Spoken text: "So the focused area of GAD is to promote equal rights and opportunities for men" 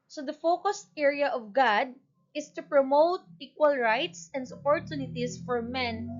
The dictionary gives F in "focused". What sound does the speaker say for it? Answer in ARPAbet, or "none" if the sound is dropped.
F